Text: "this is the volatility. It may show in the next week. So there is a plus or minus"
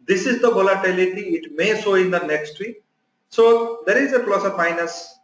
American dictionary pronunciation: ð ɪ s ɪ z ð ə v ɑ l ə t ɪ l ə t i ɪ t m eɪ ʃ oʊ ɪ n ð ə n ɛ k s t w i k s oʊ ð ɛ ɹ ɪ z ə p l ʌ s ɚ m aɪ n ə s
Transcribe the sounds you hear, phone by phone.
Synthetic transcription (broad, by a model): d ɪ s ɪ z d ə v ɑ l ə t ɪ l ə t i ɪ t m eɪ s oʊ ɪ n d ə n ɛ k s t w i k s oʊ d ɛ ɹ ɪ z ə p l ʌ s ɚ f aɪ n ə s